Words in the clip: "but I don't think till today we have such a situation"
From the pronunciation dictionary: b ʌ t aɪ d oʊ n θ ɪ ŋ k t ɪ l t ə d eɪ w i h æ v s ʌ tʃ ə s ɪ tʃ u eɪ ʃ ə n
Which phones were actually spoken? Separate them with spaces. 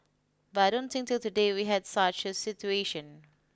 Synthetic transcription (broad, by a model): b ʌ t aɪ d oʊ n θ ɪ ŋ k t ɪ l t ə d eɪ w i h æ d s ʌ tʃ ə s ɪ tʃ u eɪ ʃ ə n